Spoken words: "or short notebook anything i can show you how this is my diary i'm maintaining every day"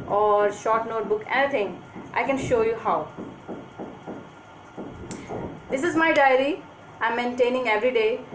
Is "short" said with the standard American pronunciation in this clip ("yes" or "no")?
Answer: yes